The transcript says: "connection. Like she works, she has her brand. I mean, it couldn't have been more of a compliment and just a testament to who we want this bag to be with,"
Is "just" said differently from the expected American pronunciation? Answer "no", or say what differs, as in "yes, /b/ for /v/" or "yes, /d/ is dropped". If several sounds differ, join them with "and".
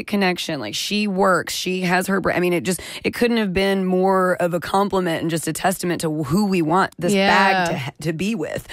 no